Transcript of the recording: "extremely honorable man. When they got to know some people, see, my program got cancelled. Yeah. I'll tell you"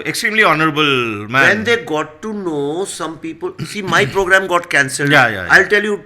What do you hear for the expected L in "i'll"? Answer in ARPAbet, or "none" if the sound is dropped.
L